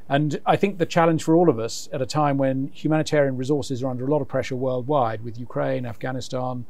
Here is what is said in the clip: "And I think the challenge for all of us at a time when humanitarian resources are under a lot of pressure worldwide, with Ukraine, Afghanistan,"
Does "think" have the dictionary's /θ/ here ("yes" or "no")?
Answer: yes